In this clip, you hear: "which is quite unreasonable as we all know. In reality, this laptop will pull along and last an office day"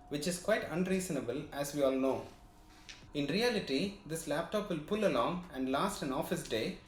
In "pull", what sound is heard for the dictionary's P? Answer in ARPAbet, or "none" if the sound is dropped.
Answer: P